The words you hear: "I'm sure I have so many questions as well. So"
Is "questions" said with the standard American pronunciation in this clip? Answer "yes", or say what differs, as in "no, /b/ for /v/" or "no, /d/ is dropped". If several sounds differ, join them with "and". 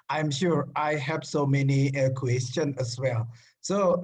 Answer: no, /z/ is dropped